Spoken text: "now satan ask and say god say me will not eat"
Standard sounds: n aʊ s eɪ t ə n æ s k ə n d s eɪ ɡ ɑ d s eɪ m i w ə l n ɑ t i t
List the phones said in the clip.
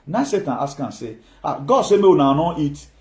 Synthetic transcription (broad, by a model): n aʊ s eɪ t ə n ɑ s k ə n s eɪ ɡ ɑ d s eɪ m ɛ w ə n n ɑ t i t